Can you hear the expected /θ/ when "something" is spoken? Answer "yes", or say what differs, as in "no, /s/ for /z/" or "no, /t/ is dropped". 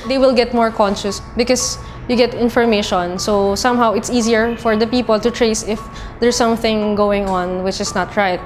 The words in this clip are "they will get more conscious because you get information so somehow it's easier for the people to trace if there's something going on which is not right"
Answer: yes